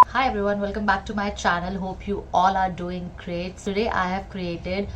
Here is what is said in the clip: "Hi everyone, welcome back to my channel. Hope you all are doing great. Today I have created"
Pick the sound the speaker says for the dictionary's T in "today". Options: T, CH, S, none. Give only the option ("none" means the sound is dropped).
S